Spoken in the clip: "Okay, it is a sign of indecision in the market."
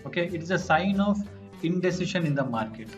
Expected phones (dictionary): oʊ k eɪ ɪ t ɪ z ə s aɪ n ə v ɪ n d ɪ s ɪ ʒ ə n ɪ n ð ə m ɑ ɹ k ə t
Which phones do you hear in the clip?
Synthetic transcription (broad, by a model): oʊ k eɪ ɪ t ɪ z ə s aɪ n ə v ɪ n d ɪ s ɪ ʃ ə n ɪ n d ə m ɑ ɹ k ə t